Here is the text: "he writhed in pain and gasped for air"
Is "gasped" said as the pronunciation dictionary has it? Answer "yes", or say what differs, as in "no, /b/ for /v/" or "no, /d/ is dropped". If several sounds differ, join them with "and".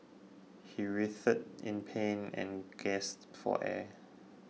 no, /p/ is dropped